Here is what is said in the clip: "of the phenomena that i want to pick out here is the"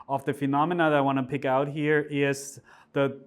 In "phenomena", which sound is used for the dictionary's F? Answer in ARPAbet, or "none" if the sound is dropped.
F